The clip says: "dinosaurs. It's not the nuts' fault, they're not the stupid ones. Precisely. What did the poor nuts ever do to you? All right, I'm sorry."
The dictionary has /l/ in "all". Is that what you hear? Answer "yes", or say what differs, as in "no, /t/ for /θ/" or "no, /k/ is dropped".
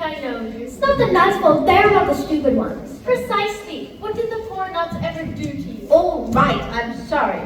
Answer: yes